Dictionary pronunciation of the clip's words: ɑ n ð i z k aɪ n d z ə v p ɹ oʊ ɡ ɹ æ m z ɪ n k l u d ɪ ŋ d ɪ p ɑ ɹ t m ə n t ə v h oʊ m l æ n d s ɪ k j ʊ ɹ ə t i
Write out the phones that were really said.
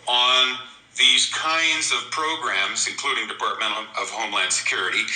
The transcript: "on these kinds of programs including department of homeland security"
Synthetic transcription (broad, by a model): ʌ n ð i z k aɪ n d z ə v p ɹ oʊ ɡ ɹ æ m z ɪ n k l u d ɪ ŋ d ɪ p ɑ ɹ t m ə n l ə v h oʊ m l æ n d s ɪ k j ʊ ɹ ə t i